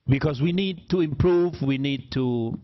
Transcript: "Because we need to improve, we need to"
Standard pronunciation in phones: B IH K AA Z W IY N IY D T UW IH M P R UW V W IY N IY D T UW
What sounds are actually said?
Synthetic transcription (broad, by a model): B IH K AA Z W IY N IY D T UW IH M P R UW V W IY N IY D T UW